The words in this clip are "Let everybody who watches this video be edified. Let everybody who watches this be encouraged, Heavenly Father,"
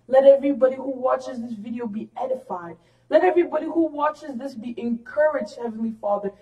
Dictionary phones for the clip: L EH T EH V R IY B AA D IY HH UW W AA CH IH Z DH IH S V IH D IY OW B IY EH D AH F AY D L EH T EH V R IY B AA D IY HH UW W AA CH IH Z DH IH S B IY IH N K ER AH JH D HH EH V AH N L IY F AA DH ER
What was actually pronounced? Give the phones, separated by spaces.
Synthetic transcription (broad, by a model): L EH T EH V R IY B AA D IY HH UW W AA CH IH Z DH IH S V IH D IY OW B IY EH D AH F AY D L EH T EH V R IY B AA D IY HH UW W AA CH IH Z DH IH S B IY IH N K ER AH JH D HH EH V AH N L IY F AA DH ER